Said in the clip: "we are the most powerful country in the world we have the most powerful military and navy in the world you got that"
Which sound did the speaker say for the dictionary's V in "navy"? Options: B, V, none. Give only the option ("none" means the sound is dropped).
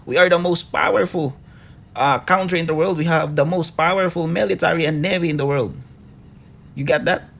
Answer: V